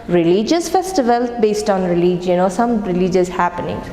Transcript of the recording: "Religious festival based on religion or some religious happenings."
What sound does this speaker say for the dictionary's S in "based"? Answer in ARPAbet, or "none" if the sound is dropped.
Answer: S